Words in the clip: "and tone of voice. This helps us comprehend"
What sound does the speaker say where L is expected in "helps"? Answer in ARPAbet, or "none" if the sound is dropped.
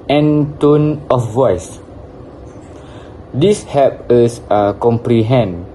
none